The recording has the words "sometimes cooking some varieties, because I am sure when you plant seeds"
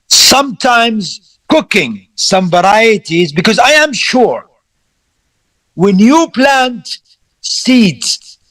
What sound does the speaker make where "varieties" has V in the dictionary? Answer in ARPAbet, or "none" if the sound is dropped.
V